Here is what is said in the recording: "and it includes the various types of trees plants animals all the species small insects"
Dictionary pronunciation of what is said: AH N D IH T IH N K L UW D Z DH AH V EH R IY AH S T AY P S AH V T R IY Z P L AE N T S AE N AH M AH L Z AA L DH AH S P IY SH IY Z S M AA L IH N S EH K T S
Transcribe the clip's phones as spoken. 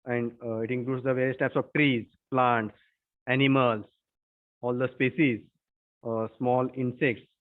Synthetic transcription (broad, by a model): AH N D IH T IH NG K L UW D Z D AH V EH R IY AH S T AY P S AH V T R IY Z P L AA N T S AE N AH M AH L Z AA L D AH S P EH S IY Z S M AA L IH N S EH K T S